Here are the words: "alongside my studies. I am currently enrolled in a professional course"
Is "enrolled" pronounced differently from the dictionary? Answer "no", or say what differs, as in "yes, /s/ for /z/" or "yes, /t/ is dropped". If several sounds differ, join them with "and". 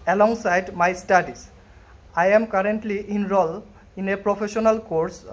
yes, /d/ is dropped